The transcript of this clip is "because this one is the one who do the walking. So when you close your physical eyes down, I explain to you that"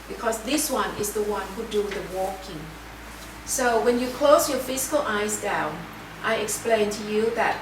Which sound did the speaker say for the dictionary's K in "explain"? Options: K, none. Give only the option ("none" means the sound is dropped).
K